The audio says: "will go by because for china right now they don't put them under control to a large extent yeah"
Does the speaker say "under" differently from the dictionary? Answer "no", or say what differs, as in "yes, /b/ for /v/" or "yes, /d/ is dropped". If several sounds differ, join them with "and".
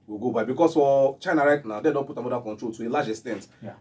yes, /n/ is dropped